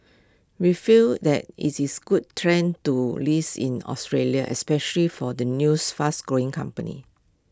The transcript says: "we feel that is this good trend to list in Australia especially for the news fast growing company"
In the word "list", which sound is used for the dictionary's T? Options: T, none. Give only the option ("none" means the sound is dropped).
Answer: none